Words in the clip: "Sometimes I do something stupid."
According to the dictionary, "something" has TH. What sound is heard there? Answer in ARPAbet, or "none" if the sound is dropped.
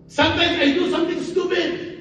T